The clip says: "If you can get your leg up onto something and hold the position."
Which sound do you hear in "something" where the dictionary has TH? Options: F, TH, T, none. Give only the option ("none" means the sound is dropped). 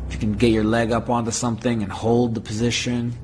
TH